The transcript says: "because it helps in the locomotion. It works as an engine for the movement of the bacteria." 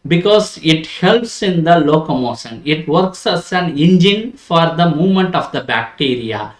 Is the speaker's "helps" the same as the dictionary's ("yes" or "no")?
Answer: yes